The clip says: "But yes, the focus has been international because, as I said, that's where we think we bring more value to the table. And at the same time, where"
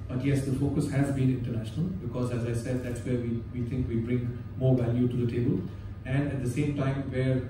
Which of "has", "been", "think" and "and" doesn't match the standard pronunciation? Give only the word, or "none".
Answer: think